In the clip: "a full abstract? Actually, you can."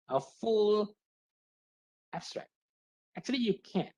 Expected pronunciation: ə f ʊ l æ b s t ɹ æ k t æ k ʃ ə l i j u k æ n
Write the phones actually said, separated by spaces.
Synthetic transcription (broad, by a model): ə f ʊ l æ b s t ɹ æ k t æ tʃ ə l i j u k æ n